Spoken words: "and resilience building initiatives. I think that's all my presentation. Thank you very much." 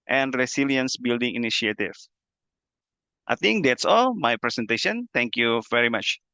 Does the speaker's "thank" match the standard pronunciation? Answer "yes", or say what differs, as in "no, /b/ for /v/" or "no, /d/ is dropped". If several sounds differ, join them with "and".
no, /t/ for /θ/